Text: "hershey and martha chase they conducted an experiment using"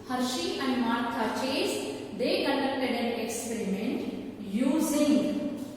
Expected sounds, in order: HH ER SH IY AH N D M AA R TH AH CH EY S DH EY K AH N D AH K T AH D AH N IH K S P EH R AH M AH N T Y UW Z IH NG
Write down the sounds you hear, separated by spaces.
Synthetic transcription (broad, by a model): HH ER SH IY AH N D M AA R T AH CH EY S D EY K AH N D AH K T AH D AH N IH K S P EH R AH M AH N T Y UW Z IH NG